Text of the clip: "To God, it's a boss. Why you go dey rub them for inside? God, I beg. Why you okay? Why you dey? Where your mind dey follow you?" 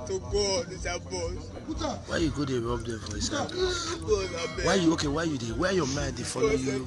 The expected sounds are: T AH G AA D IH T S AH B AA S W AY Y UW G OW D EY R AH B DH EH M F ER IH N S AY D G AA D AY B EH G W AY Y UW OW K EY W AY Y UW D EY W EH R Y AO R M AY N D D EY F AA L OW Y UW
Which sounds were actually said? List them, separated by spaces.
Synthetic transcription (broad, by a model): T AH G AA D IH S AH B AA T W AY Y UW G OW D EY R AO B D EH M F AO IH S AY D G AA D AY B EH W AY Y UW OW K EY W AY Y UW D EY W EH Y AO M AY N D D EY F AA L OW Y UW